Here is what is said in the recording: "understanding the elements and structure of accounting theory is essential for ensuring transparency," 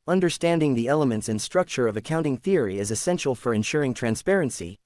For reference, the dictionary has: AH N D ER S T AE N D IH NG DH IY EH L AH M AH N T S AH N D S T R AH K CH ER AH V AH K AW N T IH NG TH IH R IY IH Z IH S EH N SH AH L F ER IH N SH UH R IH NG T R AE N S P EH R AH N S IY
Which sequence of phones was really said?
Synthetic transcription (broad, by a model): AH N D ER S T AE N D IH NG DH IY EH L AH M AH N T S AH N S T R AH K CH ER AH V AH K AW N T IH NG TH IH R IY IH Z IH S EH N SH L F ER IH N SH UH R IH NG T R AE N S P EH R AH N S IY